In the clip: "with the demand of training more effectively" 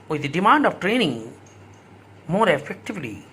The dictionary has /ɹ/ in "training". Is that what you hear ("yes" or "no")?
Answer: yes